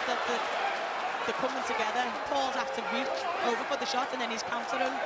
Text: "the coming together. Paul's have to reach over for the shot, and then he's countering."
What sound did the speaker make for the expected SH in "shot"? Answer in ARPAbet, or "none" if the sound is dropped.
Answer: SH